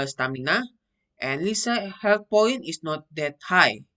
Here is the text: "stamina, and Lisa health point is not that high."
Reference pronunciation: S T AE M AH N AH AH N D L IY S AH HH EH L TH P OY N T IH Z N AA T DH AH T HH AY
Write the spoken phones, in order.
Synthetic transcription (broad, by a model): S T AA M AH N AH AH N L IY S AH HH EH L T P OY N IH S N AA T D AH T HH AY